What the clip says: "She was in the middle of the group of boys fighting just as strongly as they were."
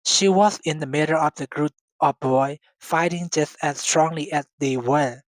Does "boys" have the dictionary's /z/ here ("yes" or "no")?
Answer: no